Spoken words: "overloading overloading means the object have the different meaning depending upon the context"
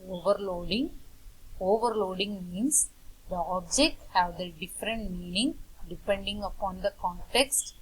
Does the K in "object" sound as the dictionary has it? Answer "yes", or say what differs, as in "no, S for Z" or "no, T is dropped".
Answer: yes